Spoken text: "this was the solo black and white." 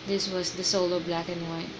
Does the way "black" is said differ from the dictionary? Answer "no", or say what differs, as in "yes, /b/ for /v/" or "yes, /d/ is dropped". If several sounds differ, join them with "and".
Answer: no